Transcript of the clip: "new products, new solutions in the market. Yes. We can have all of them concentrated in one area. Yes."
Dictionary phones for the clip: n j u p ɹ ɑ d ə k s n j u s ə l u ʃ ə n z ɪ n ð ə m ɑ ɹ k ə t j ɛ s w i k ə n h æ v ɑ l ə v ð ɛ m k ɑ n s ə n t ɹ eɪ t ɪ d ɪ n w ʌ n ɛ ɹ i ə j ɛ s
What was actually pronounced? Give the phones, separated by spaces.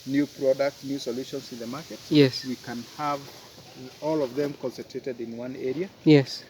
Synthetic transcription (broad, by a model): n j u p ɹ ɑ d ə k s n j u s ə l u ʃ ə n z ɪ n ð ə m ɑ ɹ k ə t j ɛ s w i k ə n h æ v ɑ l ə v ð ɛ m k ɑ n s ə n t ɹ eɪ t ɪ d ɪ n w ʌ n ɛ ɹ i ə j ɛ s